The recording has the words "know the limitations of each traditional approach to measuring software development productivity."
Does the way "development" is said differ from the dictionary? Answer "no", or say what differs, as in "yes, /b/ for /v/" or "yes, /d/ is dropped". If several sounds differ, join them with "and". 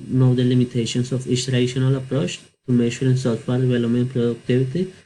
yes, /p/ is dropped